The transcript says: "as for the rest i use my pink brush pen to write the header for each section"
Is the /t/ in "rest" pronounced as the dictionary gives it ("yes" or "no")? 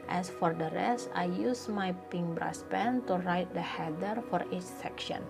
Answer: yes